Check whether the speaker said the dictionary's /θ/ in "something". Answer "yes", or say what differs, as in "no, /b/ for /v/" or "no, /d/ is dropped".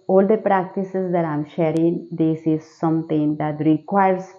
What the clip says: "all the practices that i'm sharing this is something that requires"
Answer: no, /t/ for /θ/